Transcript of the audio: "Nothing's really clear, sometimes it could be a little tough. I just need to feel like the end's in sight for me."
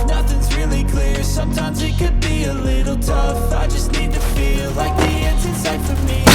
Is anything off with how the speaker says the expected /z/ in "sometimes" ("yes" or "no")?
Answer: no